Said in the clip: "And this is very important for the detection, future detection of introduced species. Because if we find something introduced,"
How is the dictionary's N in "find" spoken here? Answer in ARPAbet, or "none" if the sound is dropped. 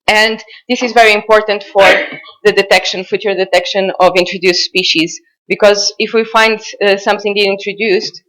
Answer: N